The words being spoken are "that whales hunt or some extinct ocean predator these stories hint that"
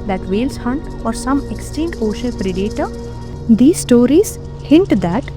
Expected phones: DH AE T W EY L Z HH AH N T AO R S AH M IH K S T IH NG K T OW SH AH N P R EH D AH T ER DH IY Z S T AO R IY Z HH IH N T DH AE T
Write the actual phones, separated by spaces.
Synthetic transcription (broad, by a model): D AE T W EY L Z HH AH N T AO R S AH M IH K S T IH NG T OW SH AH L P R EH D AH T ER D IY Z S T AO R IY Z HH IH N T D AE T